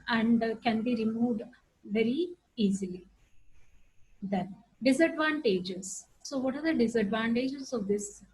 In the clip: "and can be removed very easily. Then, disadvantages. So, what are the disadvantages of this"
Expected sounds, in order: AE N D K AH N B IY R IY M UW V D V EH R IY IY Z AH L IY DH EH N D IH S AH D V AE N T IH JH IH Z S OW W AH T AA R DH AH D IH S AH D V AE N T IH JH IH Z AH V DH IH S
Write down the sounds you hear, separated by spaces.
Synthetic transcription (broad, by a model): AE N D K AH N B IY R IY M UW V D V EH R IY IY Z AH L IY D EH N D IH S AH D V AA N T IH JH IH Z S OW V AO T AA R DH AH D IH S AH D V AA N T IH JH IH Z AH V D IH S